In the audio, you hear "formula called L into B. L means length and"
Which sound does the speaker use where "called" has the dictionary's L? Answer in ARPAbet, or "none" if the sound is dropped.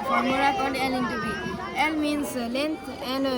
N